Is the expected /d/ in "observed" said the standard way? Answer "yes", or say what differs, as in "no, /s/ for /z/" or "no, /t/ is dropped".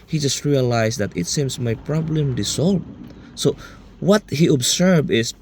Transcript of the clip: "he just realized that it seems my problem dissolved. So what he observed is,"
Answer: no, /d/ is dropped